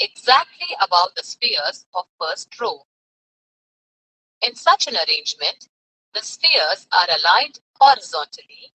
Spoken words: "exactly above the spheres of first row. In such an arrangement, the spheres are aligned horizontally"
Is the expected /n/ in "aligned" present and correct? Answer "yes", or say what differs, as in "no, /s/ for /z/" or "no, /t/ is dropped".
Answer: no, /n/ is dropped